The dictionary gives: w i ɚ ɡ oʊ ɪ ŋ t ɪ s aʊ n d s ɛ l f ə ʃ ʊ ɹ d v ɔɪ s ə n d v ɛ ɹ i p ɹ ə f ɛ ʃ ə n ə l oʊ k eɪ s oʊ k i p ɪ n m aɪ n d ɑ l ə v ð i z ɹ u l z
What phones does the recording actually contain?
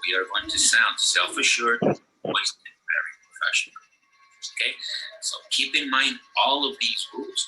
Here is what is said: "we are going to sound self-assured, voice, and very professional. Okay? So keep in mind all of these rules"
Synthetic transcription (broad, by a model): w i ɚ ɡ oʊ ɪ ŋ t ɪ s aʊ n d s ɛ l f ə ʃ ʊ ɹ d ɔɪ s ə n v ɛ ɹ i p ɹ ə f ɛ ʃ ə n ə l oʊ k eɪ s oʊ k i p ɪ n m aɪ n d ɑ l ə v ð i z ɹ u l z